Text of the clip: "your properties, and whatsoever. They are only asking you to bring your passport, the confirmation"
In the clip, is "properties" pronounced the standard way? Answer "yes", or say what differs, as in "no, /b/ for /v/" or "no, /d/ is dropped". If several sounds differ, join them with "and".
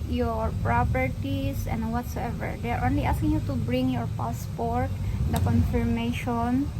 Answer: no, /s/ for /z/